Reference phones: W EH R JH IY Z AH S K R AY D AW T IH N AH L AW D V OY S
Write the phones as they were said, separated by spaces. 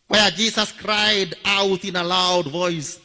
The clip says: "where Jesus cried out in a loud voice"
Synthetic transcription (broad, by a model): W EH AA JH IY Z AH S K R AY D AW T IH N AH L AW D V OY S